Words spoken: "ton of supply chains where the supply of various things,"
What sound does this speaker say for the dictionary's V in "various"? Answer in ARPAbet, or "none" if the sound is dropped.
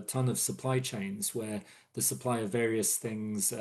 V